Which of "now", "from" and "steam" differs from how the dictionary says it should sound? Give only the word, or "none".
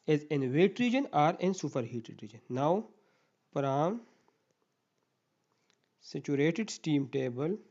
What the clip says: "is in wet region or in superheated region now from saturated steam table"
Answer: from